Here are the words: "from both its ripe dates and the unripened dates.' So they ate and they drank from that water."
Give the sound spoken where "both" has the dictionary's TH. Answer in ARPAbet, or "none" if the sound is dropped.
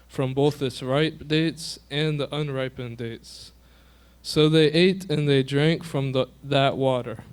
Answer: TH